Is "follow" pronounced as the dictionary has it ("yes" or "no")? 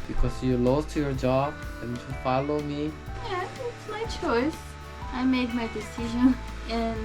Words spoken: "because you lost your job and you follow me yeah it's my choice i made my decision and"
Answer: yes